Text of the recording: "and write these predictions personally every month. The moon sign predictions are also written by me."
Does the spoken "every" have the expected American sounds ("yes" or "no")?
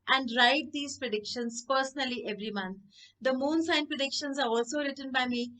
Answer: yes